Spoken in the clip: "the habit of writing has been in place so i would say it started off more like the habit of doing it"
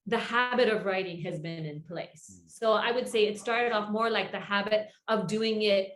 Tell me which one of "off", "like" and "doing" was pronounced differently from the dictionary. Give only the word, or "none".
none